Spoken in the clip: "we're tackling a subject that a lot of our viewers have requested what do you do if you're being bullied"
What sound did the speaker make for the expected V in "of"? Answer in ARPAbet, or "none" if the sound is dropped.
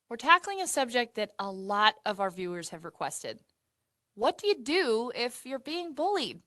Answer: V